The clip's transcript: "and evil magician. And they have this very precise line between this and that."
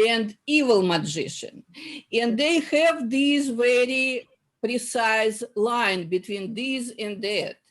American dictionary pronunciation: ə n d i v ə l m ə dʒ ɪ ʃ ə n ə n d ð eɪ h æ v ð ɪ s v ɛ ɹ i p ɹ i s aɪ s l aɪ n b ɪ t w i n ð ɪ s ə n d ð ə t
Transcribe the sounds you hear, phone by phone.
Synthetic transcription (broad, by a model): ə n d i v ə l m ə dʒ ɪ ʃ ə n ə n d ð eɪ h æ v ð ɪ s v ɛ ɹ i p ɹ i s aɪ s l aɪ n b ɪ t w i n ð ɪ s ə n d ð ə t